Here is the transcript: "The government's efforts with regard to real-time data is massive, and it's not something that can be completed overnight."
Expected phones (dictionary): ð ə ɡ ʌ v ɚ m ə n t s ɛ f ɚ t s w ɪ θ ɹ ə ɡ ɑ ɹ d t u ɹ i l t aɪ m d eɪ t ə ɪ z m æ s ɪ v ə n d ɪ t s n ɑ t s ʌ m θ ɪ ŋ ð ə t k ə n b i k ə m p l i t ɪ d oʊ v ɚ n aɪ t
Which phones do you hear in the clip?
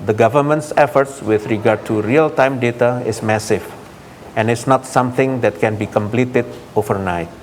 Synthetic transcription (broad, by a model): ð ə ɡ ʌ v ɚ m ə n t s ɛ f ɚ t s w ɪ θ ɹ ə ɡ ɑ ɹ d t u ɹ i l t aɪ m d eɪ t ə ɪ s m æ s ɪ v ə n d ɪ t s n ɑ t s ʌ m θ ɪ ŋ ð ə t k ə n b i k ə m p l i t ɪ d oʊ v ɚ n aɪ t